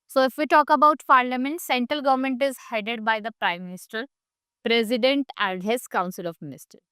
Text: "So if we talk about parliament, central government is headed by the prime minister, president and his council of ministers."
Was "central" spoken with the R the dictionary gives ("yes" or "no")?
yes